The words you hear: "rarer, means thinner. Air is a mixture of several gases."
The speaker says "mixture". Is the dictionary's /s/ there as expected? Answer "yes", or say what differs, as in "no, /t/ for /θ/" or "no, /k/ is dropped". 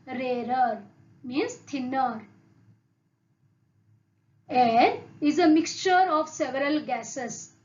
yes